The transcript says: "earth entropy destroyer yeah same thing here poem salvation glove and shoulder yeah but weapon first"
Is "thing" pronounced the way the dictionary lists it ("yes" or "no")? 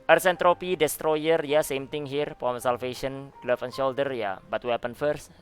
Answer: no